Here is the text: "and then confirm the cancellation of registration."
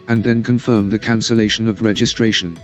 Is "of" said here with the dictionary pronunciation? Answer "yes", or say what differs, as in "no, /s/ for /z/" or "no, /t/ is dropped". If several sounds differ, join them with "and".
yes